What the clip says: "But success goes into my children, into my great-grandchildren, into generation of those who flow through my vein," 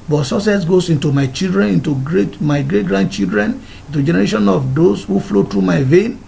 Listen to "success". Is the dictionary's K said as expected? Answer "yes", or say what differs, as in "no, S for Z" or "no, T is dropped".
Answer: no, K is dropped